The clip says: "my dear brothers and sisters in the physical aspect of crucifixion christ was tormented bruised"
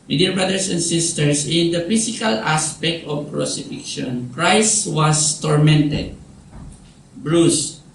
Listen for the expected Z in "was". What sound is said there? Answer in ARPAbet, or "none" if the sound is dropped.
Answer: S